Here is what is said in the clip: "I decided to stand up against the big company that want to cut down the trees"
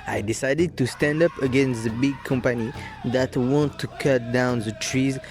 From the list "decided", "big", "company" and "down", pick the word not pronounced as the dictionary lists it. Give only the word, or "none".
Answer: none